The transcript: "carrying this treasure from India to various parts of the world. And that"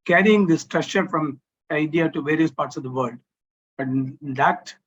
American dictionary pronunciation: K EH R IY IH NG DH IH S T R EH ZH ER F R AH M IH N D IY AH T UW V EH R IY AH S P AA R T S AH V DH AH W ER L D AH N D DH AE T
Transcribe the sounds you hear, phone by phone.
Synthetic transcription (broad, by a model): K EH R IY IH NG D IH S T R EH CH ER F R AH M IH D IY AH T UW V EH R IY AH S P AA R T S AH V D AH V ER L D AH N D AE T